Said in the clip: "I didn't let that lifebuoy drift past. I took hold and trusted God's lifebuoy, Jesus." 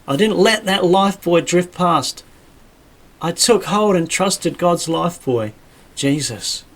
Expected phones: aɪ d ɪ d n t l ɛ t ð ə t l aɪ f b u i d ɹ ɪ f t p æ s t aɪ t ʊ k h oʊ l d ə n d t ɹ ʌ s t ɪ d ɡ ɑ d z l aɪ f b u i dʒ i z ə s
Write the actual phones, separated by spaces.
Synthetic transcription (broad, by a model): aɪ d ɪ d n t l ɛ t ð ə t l aɪ f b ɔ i d ɹ ɪ f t p æ s t aɪ t ʊ k h oʊ l d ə n t ɹ ʌ s t ɪ d ɡ ɑ d z l aɪ f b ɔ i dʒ i z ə s